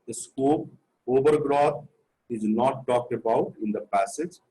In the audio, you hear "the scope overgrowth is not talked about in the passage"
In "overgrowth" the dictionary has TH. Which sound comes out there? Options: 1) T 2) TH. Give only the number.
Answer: 1